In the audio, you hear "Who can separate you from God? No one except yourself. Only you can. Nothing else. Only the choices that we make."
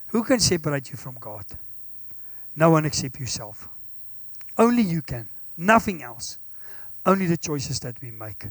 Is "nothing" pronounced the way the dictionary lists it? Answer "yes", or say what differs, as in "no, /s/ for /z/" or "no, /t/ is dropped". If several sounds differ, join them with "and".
yes